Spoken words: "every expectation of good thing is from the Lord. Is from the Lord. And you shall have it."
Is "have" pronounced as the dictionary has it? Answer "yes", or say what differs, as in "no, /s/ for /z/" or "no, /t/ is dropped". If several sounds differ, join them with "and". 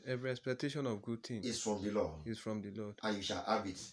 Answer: no, /b/ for /v/